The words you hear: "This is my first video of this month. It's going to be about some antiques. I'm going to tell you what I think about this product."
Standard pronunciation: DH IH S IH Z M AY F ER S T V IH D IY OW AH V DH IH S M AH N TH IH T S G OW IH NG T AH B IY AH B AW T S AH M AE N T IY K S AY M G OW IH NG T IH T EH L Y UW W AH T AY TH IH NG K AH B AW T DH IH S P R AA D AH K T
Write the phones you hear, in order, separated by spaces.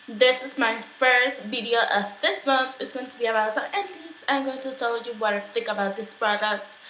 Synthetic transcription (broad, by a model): DH IH S IH Z M AY F ER S T V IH D IY OW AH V DH IH S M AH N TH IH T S G OW IH NG T AH B IY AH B AW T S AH AE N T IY S AY M G OW IH NG T IH T EH L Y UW W AH T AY TH IH NG K AH B AW T DH IH S P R AA D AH K T